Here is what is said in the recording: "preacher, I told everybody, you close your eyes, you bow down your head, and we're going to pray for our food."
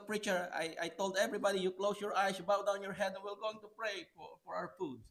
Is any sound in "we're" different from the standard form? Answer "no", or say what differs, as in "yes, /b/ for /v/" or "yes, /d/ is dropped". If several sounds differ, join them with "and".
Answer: yes, /l/ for /ɹ/